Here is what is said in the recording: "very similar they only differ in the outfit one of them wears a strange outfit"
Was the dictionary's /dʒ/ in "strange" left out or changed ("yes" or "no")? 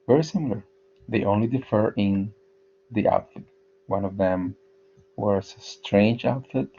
no